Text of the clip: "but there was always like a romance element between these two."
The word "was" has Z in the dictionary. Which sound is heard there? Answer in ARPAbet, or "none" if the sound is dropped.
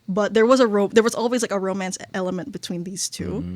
Z